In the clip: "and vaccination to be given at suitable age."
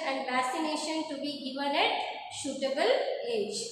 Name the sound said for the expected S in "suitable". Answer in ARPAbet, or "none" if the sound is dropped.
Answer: SH